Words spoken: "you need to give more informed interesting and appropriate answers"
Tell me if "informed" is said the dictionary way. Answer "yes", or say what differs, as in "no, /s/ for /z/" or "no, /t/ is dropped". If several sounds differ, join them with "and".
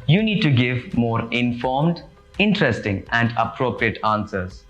yes